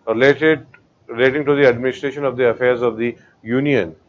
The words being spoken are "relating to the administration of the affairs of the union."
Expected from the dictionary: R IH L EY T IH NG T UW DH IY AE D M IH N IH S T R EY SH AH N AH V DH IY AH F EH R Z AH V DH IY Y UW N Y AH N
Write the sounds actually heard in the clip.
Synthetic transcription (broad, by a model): R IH L EY T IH NG T UW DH IY AE D M IH N IH S T R EY SH AH N AH V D IY AH F EH R Z AH V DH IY Y UW N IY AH N